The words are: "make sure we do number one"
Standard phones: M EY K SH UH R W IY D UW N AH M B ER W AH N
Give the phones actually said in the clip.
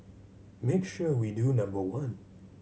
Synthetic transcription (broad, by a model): M EY K SH UH R W IY D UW N AH M B ER W AH N